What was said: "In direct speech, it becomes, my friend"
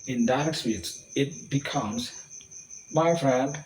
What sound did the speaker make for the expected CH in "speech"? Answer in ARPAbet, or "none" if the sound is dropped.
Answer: S